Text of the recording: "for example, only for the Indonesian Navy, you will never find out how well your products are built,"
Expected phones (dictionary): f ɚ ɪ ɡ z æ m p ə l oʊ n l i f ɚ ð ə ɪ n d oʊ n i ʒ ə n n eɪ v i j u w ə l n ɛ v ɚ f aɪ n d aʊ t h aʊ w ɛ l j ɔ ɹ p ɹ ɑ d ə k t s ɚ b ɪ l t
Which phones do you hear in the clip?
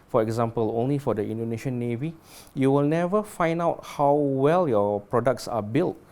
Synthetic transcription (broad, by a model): f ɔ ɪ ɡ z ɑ m p ə l oʊ n l i f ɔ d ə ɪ n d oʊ n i ʃ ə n n eɪ v i j u w ə l n ɛ v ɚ f aɪ n d aʊ t h aʊ w ɛ l j ɔ p ɹ ɑ d ə k t s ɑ b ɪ l t